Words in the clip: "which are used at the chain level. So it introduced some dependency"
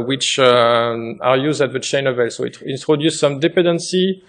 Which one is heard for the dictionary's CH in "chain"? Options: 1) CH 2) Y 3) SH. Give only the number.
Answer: 1